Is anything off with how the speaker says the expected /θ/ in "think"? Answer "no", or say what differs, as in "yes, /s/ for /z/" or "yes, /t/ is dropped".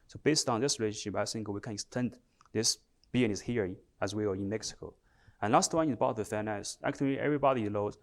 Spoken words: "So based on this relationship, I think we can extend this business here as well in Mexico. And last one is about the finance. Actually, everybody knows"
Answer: yes, /s/ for /θ/